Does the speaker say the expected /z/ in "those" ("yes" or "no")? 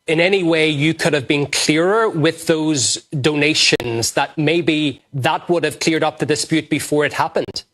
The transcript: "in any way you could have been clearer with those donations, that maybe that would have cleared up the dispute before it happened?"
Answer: yes